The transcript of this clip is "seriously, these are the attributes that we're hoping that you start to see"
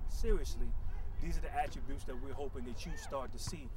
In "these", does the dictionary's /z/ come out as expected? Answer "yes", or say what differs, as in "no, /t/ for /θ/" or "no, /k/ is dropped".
yes